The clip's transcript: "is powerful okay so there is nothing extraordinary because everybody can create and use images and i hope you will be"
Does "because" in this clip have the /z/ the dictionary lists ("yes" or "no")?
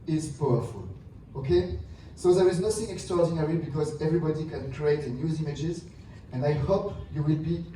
yes